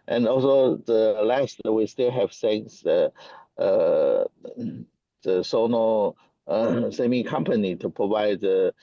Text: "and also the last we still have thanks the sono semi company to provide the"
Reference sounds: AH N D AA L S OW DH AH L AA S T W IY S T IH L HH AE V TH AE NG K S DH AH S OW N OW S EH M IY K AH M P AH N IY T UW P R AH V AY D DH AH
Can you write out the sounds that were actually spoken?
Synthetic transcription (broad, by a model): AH N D AA L S OW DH AH L AA S T W IY S T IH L HH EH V S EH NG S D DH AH S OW N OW S EH M IY K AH M P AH N IY T UW P R AH V AY D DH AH